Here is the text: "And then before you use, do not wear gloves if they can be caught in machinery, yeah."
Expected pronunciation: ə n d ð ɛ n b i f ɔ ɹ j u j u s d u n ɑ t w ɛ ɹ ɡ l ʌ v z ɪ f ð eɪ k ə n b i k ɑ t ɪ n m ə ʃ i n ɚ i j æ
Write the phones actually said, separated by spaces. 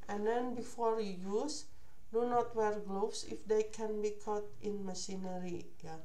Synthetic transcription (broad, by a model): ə n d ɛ n b i f ɔ ɹ j u j u s d u n ɑ t w ɛ ɹ ɡ l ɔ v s ɪ f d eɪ k ə n b i k ɑ t ɪ n m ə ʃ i n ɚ i j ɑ